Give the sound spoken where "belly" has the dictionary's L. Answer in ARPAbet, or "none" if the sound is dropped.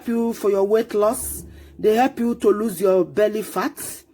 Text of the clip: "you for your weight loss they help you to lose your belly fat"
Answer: L